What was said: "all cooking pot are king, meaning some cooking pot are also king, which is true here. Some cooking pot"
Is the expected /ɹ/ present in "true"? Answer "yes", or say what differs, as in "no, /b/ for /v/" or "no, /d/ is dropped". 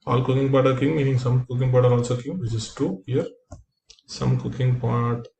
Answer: no, /ɹ/ is dropped